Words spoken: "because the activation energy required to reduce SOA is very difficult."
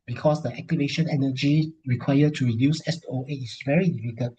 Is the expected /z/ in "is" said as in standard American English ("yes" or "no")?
no